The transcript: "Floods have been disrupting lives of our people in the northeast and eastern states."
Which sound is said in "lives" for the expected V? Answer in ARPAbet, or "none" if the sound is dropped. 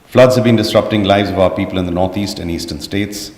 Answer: V